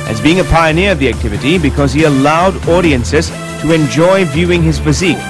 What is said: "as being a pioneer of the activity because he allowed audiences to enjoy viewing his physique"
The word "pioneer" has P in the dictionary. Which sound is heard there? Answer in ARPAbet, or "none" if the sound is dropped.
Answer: P